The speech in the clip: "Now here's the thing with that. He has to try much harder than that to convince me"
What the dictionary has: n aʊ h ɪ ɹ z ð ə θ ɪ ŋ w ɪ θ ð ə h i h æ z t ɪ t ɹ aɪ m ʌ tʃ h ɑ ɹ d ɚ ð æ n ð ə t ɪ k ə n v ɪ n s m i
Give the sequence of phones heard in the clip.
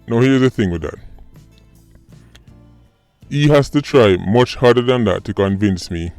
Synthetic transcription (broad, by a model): n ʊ h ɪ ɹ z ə θ ɪ ŋ w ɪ ð ə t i h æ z t ɪ t ɹ aɪ m ʌ tʃ h ɑ ɹ d ɚ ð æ n ð ə t ɪ k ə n v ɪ n s m i